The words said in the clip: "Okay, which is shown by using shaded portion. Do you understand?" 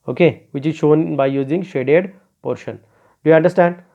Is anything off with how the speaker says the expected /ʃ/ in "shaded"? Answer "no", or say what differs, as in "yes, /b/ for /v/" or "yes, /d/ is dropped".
no